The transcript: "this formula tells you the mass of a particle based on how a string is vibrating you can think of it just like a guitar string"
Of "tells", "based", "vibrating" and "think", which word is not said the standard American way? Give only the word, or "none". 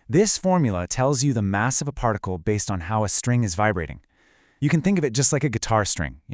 none